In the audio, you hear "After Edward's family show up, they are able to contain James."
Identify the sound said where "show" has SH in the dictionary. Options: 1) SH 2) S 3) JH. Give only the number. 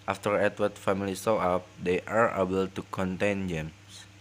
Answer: 2